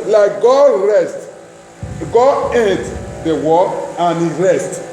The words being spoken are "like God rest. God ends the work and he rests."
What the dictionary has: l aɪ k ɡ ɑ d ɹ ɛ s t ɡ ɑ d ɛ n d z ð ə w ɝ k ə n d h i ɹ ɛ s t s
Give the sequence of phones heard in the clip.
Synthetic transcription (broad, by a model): l aɪ k ɡ ɑ d ɹ ɛ s t ɡ ɑ d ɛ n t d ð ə w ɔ ə n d h i ɹ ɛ s t